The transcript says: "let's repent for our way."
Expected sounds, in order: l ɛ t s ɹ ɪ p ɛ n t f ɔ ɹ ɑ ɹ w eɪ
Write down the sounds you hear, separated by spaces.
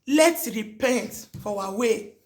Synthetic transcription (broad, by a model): l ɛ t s ɹ ɪ p ɛ n t f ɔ w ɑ w eɪ